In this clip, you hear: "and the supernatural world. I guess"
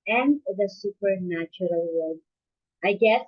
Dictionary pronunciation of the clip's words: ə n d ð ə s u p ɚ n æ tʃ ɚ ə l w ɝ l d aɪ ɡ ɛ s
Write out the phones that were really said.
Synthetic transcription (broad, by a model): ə n ð ə s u p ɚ n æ tʃ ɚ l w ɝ d aɪ ɡ ɛ s